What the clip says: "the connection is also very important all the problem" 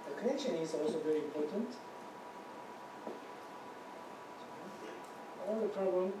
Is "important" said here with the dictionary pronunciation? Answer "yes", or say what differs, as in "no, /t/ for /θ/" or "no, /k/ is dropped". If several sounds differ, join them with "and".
yes